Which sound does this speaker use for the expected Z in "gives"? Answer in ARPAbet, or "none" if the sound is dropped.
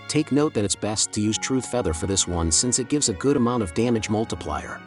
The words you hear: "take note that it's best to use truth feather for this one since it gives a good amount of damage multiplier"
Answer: Z